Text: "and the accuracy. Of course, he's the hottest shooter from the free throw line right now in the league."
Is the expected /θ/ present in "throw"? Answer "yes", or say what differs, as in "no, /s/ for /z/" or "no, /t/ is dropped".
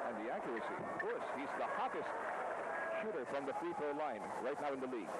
no, /f/ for /θ/